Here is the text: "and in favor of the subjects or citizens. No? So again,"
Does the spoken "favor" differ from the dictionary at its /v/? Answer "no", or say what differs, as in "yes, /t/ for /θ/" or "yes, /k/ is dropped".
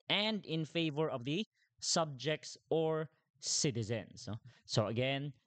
no